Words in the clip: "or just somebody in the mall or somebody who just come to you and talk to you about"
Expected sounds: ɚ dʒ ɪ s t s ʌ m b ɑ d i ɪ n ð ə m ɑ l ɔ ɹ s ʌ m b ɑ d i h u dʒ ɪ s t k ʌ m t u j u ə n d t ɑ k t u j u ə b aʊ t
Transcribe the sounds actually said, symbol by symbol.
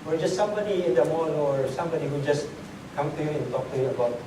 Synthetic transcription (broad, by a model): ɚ dʒ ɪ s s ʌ m b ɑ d i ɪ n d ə m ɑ n ɔ ɹ s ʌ m b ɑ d i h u dʒ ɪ s k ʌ m t u j u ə n t ɑ k t u j u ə b aʊ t